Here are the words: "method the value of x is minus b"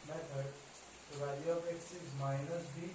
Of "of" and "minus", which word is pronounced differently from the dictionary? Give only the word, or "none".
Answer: of